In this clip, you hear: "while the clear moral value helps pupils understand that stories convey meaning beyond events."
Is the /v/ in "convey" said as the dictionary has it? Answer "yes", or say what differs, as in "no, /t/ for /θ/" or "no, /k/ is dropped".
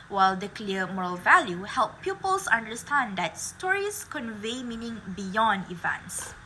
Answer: yes